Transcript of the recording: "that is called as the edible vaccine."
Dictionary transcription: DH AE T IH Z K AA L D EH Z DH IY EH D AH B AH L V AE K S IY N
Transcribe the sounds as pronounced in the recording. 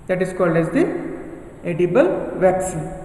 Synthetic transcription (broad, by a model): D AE T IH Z K AA L D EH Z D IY EH D AH B AH L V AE K S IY N